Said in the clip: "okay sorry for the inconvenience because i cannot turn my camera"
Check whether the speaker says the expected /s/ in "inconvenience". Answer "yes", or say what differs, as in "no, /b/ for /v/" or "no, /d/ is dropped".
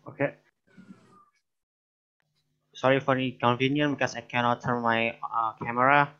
no, /s/ is dropped